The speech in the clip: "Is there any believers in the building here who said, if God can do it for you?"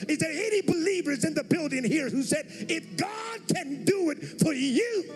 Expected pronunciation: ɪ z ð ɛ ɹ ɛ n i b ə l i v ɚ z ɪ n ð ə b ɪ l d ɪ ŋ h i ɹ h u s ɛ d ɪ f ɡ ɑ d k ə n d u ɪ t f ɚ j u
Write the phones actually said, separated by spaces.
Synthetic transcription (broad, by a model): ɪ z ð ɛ ɹ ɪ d i b ə l i v ɚ z ɪ n ð ə b ɪ l d ɪ ŋ h i ɹ h u s ɛ d ɪ f ɡ ɑ d k ə n d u ɪ t f ɚ j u